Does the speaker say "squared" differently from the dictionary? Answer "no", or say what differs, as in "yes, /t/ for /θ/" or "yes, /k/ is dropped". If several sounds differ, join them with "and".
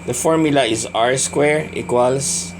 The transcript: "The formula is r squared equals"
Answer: yes, /d/ is dropped